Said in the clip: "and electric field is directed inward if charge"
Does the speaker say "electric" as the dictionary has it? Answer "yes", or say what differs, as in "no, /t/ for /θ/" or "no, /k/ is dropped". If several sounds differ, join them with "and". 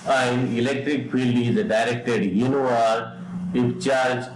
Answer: yes